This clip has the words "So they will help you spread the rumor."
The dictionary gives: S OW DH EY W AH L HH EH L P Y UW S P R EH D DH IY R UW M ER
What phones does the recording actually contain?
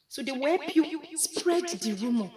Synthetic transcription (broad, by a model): S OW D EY W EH P Y UW S P R EH D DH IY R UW M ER